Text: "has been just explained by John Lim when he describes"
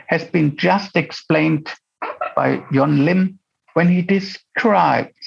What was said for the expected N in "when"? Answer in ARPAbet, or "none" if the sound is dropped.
N